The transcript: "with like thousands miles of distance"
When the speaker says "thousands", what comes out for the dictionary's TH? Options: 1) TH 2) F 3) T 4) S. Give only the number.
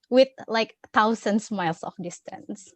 3